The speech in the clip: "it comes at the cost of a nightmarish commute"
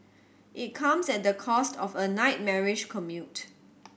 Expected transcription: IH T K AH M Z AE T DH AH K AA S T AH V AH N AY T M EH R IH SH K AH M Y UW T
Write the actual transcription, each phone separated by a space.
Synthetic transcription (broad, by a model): IH T K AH M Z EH T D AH K AA S T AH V AH N AY T M EH R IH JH K AH M Y UW T